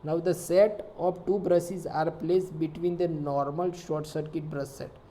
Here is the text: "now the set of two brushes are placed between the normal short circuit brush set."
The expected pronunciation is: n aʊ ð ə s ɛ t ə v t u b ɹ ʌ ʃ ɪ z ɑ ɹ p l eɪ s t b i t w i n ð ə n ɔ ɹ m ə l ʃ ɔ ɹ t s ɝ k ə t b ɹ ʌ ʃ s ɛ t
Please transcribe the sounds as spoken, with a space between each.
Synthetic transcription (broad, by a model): n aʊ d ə s ɛ t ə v t u b ɹ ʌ s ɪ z ɑ ɹ p l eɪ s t b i t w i n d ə n ɔ ɹ m ə l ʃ ɔ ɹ t s ɝ k ə t b ɹ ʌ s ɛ t